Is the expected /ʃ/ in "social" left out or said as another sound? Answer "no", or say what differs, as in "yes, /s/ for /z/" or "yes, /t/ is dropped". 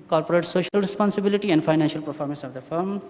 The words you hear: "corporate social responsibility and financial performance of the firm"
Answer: no